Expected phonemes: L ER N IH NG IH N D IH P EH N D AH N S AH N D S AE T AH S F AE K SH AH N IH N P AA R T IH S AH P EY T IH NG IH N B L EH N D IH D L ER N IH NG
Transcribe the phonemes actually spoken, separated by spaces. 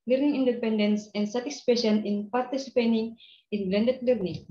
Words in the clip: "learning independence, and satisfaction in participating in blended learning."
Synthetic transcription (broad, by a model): L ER N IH NG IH N D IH P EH N D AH N S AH N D S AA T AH S P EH SH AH N IH N P AA R T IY S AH P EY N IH NG IH N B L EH N D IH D L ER N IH NG